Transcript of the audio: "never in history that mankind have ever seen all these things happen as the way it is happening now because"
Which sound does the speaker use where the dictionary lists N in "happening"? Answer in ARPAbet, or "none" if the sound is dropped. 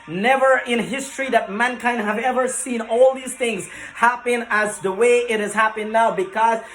none